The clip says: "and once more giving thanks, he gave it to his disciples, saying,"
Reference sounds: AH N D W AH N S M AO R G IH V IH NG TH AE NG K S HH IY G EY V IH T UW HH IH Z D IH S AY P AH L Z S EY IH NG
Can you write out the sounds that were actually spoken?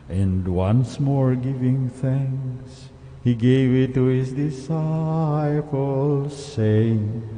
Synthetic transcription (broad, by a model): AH N D W AH N S M AO R G IH V IH NG TH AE NG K S HH IY G EY V IH T UW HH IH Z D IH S AY F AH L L S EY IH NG